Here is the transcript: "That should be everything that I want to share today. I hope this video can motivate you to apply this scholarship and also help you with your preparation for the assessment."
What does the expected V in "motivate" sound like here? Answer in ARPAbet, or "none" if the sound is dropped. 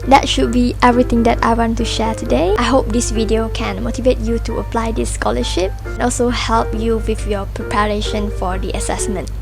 V